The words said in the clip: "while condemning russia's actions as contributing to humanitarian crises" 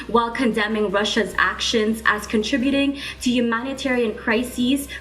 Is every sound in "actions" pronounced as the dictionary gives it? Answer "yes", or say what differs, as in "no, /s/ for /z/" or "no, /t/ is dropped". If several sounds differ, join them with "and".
yes